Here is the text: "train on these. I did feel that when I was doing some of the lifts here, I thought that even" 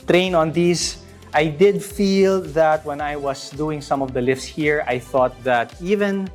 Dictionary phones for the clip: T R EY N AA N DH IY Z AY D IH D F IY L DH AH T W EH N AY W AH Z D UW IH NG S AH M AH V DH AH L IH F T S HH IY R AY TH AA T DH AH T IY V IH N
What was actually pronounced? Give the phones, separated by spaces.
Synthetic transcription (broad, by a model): T R EY N AA N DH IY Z AY D IH D F IY L DH AH T W EH N AY W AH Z D UW IH NG S AH M AH V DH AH L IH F S HH IY R AY TH AA T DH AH T IY V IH N